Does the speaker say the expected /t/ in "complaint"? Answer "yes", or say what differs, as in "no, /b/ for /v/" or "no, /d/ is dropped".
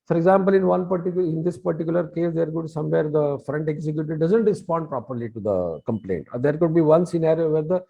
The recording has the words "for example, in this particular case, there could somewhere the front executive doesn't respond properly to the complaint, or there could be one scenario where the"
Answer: yes